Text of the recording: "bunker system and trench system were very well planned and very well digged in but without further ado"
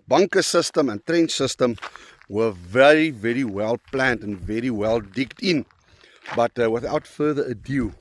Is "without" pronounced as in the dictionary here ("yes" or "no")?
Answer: yes